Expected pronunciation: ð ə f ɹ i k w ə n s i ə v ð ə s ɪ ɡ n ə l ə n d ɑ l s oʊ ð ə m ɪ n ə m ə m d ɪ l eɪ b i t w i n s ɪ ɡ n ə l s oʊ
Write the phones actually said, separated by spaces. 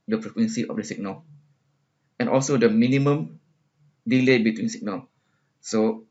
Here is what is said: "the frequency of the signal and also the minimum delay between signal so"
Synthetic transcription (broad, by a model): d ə p ɹ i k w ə n s i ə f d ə s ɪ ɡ n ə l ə n ɑ l s oʊ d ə m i n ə m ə m d ɪ l eɪ b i t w i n s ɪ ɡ n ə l s oʊ